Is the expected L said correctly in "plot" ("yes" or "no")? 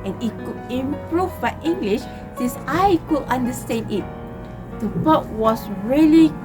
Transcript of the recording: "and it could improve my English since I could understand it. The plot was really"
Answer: no